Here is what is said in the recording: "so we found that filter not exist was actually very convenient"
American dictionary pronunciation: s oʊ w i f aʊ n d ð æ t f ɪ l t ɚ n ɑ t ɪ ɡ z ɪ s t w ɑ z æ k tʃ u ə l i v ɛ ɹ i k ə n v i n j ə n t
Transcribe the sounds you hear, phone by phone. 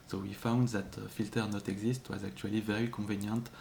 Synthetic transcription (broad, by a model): s oʊ w i f aʊ n d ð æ t f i l t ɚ n ɑ t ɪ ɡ z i s t w ɑ z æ k tʃ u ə l i v ɛ ɹ i k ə v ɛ n j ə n t